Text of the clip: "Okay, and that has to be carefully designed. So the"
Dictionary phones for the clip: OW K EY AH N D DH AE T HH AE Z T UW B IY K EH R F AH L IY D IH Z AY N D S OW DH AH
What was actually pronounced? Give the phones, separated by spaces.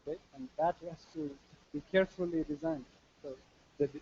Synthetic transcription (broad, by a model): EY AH N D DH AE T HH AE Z T UW B IY K EH R F AH L IY D IH Z AY N D S OW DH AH